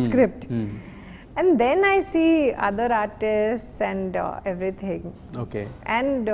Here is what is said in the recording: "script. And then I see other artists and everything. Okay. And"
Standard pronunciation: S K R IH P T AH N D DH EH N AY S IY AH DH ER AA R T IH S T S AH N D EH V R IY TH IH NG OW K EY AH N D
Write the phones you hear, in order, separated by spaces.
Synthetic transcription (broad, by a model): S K R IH P T AH N D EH N AY S IY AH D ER AA R T IH S T S AH N D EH V R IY T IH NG OW K EY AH N D